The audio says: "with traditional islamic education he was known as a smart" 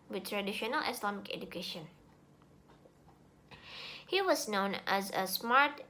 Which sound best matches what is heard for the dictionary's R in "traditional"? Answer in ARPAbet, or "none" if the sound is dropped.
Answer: R